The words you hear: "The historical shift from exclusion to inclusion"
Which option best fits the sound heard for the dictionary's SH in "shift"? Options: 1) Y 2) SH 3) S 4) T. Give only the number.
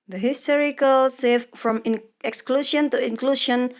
3